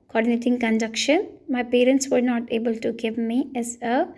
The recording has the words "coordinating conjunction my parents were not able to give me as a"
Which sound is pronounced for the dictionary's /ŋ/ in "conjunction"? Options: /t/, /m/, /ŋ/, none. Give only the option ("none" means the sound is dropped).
none